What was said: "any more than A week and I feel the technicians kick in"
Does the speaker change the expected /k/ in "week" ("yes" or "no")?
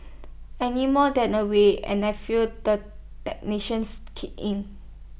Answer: yes